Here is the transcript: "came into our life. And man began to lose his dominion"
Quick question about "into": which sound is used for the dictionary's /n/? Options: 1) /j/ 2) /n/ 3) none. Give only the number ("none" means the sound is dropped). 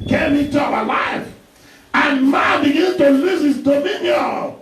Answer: 3